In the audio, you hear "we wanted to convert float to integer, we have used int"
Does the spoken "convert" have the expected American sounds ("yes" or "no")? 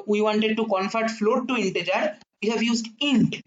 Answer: no